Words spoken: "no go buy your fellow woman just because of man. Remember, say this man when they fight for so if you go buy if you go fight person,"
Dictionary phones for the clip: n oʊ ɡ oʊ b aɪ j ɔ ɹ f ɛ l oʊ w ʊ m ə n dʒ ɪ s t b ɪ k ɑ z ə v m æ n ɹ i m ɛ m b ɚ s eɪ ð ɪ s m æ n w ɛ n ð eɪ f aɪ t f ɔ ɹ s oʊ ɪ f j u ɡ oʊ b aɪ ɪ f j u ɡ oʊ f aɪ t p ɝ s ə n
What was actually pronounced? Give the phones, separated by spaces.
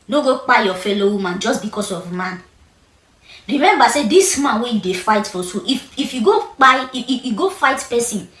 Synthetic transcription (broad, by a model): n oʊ ɡ oʊ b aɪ j ɔ f ɛ l oʊ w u m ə n dʒ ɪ s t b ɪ k ɑ s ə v m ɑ n ɹ i m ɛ m b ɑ s eɪ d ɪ s m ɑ n w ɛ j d eɪ f aɪ t f ɔ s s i ɪ f j u ɡ oʊ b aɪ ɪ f j u ɡ oʊ f aɪ t p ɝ s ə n